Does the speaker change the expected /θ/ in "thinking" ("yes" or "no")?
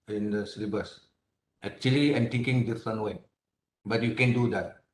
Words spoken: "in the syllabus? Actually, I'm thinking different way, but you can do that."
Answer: yes